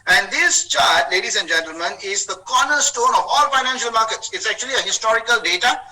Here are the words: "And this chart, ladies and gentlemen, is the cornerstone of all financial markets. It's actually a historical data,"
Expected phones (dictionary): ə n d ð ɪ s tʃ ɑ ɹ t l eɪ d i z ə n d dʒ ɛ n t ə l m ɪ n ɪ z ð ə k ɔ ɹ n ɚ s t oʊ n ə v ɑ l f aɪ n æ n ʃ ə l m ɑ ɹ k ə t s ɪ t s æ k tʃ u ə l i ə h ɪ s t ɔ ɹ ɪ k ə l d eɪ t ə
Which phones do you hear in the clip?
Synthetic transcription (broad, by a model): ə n d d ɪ s tʃ ɑ ɹ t l eɪ d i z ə n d dʒ ɛ n t ə l m ɪ n ɪ z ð ə k ɔ n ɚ s t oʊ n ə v ɑ l f aɪ n æ n ʃ ə l m ɑ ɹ k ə t s ɪ t s æ k tʃ u ə l i ə h ɪ s t ɔ ɹ ɪ k ə l d eɪ t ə